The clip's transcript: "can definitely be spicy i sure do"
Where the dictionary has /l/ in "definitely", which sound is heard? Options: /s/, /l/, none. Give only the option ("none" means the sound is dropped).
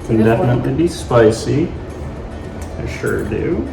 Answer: none